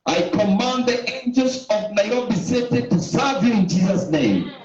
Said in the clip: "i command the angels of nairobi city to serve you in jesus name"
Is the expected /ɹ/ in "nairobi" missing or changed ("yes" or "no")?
yes